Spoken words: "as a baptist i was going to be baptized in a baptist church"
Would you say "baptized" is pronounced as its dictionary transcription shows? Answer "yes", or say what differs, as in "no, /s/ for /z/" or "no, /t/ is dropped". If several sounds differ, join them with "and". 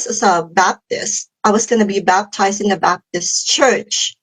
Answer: yes